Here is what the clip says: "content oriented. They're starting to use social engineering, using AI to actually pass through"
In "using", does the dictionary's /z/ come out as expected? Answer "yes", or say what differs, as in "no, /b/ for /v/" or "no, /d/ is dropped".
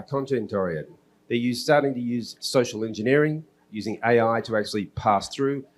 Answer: yes